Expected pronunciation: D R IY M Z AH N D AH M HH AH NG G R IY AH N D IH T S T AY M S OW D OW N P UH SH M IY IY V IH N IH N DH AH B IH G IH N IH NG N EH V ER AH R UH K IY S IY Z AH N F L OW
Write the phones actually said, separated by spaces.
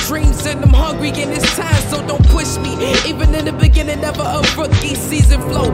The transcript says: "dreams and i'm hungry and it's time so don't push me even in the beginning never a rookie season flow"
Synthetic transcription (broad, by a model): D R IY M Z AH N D AH M HH AH NG G R IY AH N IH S T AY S S OW D OW N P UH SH M IY IY V IH N IH N DH AH B IH G IH N IH NG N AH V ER AH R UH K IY S IY Z AH N F L OW